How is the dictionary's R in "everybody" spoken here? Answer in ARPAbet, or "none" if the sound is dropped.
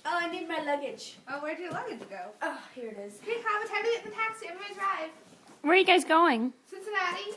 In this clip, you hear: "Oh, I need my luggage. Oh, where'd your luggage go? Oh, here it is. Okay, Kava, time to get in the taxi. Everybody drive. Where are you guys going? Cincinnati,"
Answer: none